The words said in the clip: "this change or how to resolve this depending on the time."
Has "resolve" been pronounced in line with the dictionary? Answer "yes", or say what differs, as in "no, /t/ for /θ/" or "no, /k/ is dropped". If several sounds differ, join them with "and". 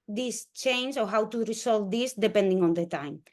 no, /s/ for /z/